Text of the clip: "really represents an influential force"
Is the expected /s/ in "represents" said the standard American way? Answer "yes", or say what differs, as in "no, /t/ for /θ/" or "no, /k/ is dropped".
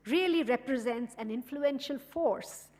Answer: yes